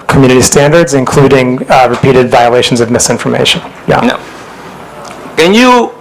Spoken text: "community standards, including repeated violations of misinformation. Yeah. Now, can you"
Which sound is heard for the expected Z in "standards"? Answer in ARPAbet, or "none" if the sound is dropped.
Z